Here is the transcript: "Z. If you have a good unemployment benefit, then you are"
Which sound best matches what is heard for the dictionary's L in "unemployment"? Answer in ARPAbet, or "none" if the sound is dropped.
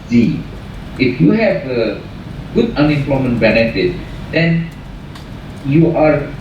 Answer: L